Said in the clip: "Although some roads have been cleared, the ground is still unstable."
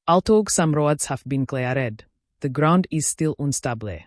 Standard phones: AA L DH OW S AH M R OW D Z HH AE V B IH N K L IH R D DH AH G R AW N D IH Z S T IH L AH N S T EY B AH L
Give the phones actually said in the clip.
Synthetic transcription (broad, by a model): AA L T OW S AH M R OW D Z HH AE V B IH N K L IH R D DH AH G R AW N D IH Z S T IH L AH N S T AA B L